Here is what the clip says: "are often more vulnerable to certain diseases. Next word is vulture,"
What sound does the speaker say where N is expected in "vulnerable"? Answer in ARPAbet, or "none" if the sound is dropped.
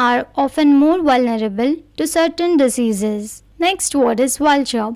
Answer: N